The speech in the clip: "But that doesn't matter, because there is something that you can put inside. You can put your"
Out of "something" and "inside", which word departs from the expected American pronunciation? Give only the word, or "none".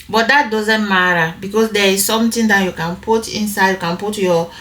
something